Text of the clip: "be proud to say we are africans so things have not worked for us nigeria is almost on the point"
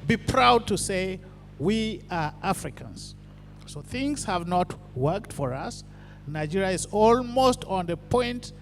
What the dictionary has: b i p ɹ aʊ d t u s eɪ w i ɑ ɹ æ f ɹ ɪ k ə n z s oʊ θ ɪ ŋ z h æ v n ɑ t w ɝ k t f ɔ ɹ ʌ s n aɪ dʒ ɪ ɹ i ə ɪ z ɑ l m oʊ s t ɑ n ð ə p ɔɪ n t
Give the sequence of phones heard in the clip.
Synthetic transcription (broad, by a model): b i p ɹ aʊ d t u s eɪ w i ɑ ɹ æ f ɹ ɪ k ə n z s oʊ θ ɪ ŋ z h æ v n ɑ t w ɝ k t f ɔ ɹ ʌ s n aɪ dʒ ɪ ɹ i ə ɪ z ɑ l m oʊ s t ɑ n ð ə p ɔɪ n t